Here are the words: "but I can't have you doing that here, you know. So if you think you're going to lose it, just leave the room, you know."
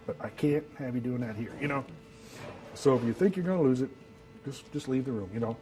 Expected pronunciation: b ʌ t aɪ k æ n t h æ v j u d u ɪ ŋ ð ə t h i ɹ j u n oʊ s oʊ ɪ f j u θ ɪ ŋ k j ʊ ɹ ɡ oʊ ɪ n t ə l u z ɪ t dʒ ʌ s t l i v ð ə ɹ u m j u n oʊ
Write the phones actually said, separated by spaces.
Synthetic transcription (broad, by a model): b ʌ t aɪ k æ n t h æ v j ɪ d u ɪ ŋ ð ə t h i ɹ j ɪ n oʊ s oʊ ɪ f j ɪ θ ɪ ŋ k j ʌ ɹ ɡ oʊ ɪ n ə l u z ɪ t dʒ ʌ s t l i v ð ə ɹ u m j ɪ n oʊ